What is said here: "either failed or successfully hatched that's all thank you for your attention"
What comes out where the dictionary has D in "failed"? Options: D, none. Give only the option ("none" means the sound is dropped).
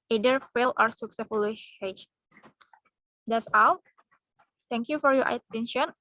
none